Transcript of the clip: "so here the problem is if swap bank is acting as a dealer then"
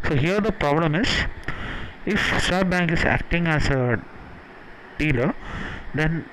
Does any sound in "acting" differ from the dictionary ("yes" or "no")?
no